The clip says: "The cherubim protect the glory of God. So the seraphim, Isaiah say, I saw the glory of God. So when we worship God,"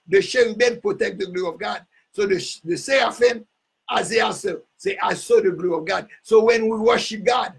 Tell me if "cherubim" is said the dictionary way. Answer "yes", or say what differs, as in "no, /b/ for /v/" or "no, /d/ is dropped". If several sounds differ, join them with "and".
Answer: no, /ʃ/ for /tʃ/